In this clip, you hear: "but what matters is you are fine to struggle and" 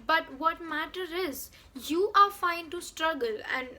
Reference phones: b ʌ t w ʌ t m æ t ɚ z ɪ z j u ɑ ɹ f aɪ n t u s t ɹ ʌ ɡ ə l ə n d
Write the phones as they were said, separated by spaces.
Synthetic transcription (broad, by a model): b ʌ t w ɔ t m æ t ɚ ɪ z j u ɑ ɹ f aɪ n t u s t ɹ ʌ ɡ ə l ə n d